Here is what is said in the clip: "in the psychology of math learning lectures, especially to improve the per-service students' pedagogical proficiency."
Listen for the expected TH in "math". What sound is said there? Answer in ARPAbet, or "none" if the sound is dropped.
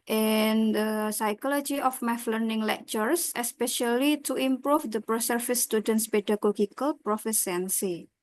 F